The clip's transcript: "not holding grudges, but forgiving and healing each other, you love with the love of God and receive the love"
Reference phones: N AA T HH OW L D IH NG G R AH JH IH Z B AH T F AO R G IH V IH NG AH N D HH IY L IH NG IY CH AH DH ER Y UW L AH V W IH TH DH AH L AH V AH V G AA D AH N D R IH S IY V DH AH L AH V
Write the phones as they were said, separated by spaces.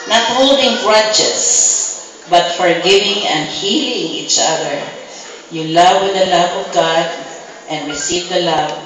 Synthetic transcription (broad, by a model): N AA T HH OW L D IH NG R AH CH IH S B AH T F AO R G IH V IH NG AH N D HH IY L IH NG IY CH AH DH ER Y UW L AH V W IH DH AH L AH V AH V G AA D AH N D R IH S IY V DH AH L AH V